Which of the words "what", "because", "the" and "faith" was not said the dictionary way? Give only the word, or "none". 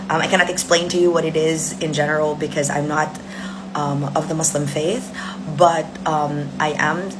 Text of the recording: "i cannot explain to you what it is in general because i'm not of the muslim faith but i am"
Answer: none